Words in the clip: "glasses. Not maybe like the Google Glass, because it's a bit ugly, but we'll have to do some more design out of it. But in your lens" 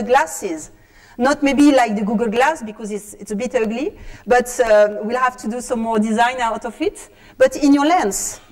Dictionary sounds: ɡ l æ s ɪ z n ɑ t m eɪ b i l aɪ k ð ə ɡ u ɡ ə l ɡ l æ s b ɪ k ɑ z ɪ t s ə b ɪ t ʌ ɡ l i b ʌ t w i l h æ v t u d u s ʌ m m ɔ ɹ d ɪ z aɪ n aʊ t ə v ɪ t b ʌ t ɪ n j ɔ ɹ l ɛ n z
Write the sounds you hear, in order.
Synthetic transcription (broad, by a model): ɡ l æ s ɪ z n ɑ t m eɪ b i l aɪ k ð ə ɡ u ɡ ə l ɡ l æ s b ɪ k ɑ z ɪ t s ə b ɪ t ʌ ɡ l i b ʌ t w i l h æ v t u d u s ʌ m m ɔ ɹ d ɪ z aɪ n aʊ t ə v ɪ t b ʌ t ɪ n j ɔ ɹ l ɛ n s